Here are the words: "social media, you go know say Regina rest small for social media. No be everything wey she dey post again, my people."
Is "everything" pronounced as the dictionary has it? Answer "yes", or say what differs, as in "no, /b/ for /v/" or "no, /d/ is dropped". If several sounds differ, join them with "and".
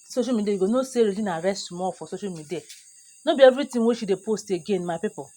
no, /t/ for /θ/